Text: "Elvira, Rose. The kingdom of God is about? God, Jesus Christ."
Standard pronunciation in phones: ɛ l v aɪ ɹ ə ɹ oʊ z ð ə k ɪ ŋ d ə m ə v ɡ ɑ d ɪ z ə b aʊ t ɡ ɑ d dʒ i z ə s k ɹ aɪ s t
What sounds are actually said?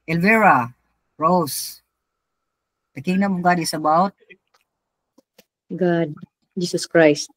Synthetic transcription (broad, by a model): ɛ l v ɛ ɹ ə ɹ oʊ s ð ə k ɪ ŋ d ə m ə ɡ ɑ d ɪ s ə b aʊ t ɡ ɑ d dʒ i s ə s k ɹ aɪ s t